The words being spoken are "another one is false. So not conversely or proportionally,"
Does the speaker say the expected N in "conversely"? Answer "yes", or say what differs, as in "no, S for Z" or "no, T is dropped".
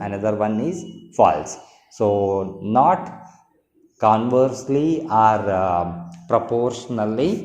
yes